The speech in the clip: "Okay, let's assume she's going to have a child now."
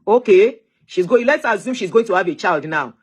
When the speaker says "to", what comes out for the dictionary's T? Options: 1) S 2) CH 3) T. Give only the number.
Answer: 3